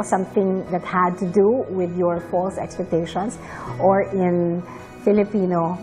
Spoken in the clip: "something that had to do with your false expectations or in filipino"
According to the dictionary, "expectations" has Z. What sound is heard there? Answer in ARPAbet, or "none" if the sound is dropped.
S